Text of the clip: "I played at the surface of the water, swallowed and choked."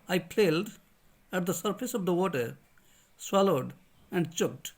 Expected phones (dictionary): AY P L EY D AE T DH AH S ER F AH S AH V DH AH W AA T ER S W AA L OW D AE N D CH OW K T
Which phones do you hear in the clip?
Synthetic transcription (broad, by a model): AY P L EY D AE T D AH S ER F AH S AH V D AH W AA T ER S W AA L OW D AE N D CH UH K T